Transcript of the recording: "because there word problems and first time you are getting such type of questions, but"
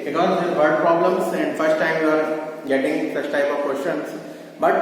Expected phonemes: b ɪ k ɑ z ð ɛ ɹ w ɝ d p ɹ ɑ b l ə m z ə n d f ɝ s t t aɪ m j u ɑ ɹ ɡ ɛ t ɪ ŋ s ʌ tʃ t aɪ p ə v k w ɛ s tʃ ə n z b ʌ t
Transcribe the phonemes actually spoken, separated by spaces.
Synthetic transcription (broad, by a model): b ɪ k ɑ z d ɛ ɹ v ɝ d p ɹ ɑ b l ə m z ə n d f ɝ s t t aɪ m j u ɑ ɹ ɡ ɛ t ɪ ŋ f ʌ s t aɪ p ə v k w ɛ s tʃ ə n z b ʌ t